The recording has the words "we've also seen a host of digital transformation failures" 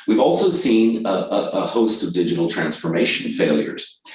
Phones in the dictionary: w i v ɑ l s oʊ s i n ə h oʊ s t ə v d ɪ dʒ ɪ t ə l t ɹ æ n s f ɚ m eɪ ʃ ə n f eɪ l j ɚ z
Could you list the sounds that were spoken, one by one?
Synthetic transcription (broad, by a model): w i v ɑ l s oʊ s i n ə h oʊ s t ə v d ɪ dʒ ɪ t l t ɹ æ n s f ɚ m eɪ ʃ ə n f eɪ l j ɚ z